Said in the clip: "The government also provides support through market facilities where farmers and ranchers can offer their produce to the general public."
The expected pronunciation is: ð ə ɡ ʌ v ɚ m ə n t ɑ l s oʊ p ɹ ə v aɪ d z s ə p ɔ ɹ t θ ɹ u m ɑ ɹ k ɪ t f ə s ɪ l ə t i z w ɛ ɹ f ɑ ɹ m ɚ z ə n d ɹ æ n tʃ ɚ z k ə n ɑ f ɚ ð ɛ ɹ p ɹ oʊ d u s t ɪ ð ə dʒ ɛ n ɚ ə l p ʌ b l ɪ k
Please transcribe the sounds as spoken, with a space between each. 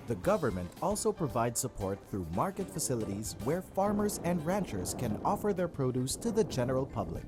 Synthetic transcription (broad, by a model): ð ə ɡ ʌ v ɚ m ə n t ɑ l s oʊ p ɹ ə v aɪ d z s ə p ɔ ɹ t θ ɹ u m ɑ ɹ k ɪ t f ə s ɪ l ə t i z w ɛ ɹ f ɑ ɹ m ɚ z ə n d ɹ æ n tʃ ɚ z k ə n ɑ f ɚ ð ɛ ɹ p ɹ oʊ d u s t ɪ ð ə dʒ ɛ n ɚ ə l p ʌ b l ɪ k